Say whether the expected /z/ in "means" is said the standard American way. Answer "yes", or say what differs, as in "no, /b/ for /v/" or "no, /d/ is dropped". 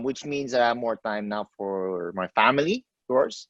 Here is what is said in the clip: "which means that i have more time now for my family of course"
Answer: yes